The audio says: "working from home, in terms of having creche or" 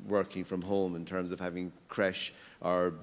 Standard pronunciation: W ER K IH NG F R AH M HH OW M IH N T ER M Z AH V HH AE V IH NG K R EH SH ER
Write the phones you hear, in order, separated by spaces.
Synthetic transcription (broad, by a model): W ER K IH NG F R AH M HH OW M IH N T ER M Z AH V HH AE V IH NG K R EH SH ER